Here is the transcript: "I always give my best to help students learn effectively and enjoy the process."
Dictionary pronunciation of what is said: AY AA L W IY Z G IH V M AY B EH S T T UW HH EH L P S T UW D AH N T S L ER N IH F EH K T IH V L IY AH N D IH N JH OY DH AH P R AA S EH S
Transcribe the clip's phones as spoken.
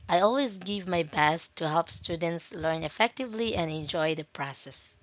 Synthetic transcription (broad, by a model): AY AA L W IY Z G IH V M AY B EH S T T UW HH EH L P S T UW D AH N T S L ER N IH F EH K T IH V L IY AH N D IH N JH OY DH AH P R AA S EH S